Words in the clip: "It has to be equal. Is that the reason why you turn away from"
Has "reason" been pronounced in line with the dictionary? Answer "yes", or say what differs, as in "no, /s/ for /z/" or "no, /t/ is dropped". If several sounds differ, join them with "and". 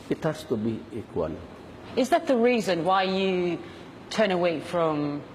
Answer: yes